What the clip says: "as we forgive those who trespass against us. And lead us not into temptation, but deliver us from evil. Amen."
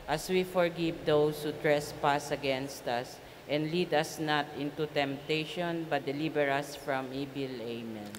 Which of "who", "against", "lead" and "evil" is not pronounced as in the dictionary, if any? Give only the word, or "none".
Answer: evil